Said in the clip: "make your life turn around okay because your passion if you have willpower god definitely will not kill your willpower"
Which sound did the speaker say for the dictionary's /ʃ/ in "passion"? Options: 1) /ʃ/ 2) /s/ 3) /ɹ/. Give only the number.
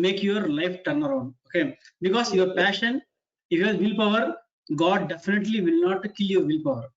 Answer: 1